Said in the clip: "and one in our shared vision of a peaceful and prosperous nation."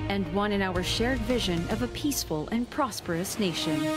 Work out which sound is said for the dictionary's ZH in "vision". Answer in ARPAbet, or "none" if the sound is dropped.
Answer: ZH